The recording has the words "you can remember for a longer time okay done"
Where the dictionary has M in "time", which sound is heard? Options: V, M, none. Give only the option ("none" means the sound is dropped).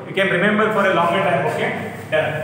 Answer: none